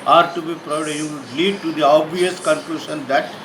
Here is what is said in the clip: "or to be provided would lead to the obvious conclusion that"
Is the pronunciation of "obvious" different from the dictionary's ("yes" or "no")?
yes